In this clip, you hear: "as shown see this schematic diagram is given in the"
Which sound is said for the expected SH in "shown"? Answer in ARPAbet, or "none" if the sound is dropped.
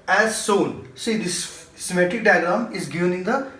S